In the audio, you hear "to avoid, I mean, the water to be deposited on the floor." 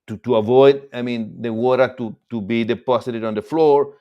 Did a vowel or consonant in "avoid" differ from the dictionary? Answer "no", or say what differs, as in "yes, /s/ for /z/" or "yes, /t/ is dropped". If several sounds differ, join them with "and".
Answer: no